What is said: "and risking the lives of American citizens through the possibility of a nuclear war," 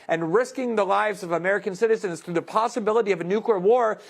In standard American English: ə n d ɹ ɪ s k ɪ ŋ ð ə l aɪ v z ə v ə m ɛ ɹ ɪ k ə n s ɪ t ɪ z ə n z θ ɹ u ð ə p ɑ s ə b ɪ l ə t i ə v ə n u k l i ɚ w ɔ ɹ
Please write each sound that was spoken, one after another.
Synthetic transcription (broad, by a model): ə n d ɹ ɪ s k ɪ ŋ ð ə l aɪ v z ə v ə m ɛ ɹ ɪ k ə n s ɪ t ɪ z ə n z θ ɹ u ð ə p ɑ s ə b ɪ l ə t i ə v ə n u k l i ɚ w ɔ ɹ